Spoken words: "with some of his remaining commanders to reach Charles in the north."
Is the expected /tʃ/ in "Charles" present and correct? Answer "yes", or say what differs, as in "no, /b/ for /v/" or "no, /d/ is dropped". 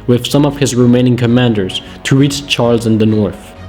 yes